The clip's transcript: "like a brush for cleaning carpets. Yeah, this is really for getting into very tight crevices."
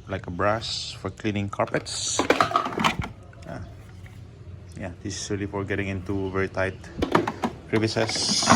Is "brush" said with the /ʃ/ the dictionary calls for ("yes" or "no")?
no